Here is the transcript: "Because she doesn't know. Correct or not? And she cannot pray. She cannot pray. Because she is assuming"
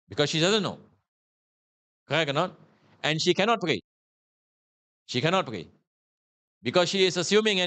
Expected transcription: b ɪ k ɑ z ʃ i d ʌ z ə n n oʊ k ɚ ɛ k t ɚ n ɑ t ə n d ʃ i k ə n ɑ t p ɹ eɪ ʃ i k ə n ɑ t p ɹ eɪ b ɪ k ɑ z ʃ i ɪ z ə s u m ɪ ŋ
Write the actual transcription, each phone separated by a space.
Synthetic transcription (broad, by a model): b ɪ k ɑ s ʃ i d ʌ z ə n n oʊ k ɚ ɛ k ɚ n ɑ t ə n ʃ i k ə n ɑ t p ɹ eɪ ʃ i k ə n ɑ t p ɹ eɪ b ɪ k ɑ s ʃ i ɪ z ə s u m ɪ ŋ